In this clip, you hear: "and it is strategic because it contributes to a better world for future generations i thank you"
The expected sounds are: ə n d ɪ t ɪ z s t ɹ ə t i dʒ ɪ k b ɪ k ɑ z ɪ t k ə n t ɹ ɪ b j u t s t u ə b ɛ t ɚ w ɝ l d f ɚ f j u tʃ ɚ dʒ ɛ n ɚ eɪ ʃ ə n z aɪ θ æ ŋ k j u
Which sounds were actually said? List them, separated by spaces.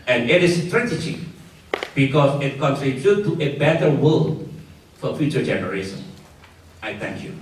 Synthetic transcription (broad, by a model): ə n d ɪ t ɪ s t ɹ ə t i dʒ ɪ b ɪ k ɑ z ɪ t k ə n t ɹ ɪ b j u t t u ə b ɛ t ɚ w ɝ l f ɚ f j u tʃ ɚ dʒ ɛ n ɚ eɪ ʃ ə n aɪ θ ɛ ŋ k j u